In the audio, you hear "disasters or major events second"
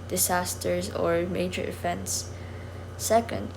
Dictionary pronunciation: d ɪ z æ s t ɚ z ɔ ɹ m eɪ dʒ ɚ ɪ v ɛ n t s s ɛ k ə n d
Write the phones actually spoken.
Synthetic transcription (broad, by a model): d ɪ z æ s t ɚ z ɔ ɹ m eɪ dʒ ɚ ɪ f ɛ n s s ɛ k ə n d